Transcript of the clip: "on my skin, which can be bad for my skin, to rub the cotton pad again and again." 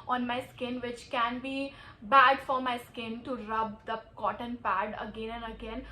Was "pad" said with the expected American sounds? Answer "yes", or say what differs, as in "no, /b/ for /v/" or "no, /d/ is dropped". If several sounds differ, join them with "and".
yes